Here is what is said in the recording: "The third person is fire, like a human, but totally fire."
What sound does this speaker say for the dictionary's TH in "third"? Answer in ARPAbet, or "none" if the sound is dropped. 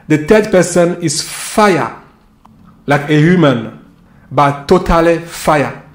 T